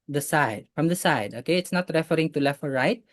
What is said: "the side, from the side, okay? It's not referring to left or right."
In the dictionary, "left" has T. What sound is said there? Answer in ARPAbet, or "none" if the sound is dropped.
none